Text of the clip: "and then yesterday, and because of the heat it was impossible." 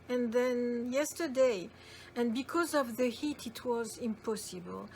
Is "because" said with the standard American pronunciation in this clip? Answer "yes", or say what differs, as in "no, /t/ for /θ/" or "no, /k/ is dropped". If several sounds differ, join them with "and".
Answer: yes